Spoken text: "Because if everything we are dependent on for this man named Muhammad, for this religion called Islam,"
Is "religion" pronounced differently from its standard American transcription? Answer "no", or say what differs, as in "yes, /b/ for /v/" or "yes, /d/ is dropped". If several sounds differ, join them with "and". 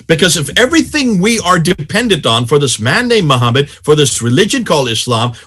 no